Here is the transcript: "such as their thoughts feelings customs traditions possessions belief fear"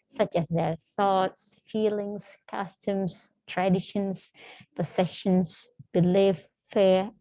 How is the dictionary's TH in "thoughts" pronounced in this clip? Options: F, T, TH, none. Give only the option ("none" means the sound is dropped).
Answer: TH